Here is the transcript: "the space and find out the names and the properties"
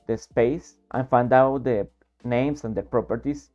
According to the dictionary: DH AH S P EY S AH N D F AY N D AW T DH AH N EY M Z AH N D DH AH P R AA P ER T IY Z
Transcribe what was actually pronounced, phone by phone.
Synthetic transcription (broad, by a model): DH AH S P EY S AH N F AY N D AW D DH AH N EY M S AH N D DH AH P R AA P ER T IY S